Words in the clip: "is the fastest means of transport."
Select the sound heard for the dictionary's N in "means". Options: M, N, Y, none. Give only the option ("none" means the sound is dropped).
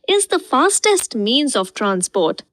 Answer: N